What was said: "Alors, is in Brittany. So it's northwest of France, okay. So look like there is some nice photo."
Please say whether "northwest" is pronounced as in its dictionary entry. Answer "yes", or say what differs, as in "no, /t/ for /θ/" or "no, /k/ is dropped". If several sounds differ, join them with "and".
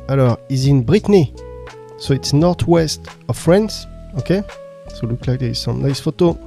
no, /t/ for /θ/